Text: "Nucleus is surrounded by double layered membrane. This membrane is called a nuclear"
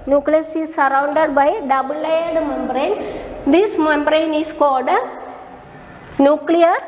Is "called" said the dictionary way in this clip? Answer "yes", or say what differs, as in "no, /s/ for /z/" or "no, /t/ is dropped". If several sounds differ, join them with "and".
no, /l/ is dropped